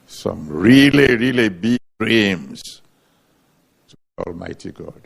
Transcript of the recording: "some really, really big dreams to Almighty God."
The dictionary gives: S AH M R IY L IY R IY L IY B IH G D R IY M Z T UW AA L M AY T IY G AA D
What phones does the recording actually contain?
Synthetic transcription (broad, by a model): S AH M R IY L IY R IY L IY B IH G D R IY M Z T UW AA L M AY T IY G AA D